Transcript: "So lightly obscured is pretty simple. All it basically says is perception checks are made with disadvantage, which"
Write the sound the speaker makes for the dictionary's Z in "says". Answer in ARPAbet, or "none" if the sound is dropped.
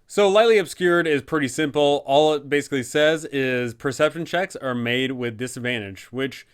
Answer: Z